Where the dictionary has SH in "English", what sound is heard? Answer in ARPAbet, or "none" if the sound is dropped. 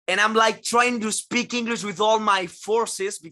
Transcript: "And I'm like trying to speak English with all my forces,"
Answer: S